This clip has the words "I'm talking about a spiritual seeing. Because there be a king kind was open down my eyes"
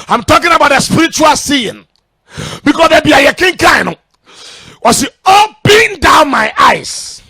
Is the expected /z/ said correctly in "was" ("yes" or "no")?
no